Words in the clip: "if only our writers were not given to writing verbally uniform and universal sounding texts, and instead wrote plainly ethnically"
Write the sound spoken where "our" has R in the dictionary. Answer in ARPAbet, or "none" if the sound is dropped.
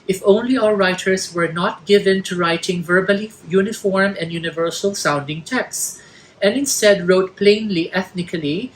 L